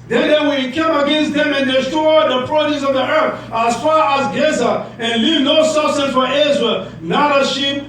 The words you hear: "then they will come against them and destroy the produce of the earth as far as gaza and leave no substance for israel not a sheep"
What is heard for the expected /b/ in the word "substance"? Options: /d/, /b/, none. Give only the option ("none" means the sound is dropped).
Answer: none